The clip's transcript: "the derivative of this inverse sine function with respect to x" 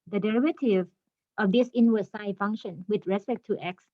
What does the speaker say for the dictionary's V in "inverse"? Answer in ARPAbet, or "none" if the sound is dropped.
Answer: W